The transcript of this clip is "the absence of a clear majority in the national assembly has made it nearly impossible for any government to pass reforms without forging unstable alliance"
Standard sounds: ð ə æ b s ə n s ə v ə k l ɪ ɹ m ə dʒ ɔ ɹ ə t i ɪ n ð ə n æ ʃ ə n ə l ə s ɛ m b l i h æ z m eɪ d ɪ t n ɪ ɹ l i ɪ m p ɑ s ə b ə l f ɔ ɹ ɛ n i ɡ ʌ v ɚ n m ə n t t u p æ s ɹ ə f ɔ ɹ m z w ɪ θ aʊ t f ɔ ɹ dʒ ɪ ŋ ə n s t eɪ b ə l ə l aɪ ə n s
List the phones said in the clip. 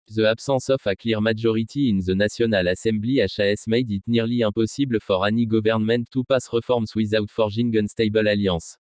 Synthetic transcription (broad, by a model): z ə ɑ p s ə s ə f ə k l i ɹ m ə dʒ ɔ ɹ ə t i ɪ n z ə n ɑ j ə n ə l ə s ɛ m b l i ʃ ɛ s m eɪ d ɪ t n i ɹ l i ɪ p ɑ s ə b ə f ɔ ɹ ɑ n i ɡ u v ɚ n m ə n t t u p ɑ s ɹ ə f ɔ ɹ m s w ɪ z aʊ t f ɔ ɹ ʒ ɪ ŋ ə n s t eɪ b ə l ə l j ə s